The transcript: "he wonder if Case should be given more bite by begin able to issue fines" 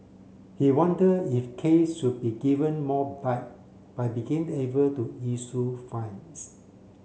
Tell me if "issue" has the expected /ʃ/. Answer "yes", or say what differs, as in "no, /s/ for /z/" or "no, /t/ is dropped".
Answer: no, /s/ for /ʃ/